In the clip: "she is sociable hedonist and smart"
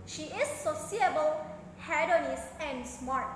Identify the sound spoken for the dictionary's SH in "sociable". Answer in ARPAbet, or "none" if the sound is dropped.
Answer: S